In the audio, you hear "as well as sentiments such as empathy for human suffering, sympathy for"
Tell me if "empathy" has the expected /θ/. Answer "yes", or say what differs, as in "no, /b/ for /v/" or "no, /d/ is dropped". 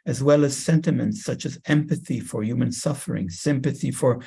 yes